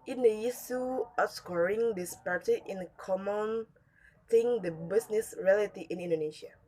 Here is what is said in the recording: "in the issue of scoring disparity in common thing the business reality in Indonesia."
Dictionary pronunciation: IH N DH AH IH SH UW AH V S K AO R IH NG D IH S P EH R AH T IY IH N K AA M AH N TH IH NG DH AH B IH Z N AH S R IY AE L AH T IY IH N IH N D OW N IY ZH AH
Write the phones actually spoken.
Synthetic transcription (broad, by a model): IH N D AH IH S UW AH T S K AO R IH NG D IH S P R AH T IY IH N K AA M AH N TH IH NG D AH B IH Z N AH S R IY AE L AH T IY IH N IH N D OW N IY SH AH